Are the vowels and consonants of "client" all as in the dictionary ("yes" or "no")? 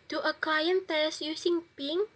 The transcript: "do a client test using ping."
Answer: no